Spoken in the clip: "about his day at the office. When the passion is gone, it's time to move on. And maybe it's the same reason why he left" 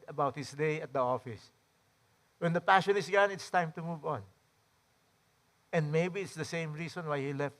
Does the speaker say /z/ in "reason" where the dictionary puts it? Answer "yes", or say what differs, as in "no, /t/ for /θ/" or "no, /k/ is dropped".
no, /s/ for /z/